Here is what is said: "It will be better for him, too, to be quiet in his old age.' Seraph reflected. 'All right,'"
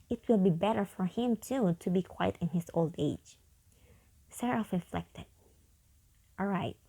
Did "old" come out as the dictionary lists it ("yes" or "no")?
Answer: yes